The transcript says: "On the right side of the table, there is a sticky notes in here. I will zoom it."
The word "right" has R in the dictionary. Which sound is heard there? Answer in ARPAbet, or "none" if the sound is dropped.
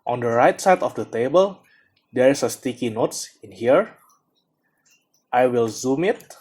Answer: R